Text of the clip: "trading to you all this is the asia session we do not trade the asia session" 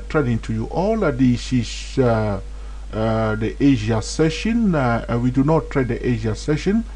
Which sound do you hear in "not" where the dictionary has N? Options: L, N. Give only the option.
N